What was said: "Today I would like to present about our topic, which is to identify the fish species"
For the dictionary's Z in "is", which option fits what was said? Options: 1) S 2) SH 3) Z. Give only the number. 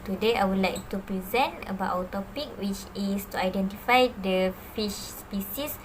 1